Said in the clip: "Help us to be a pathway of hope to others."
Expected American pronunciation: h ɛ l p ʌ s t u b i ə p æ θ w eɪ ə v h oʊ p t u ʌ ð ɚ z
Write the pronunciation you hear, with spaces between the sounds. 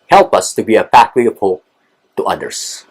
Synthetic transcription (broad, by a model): h ɛ l p ʌ s t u b i ə f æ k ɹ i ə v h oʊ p t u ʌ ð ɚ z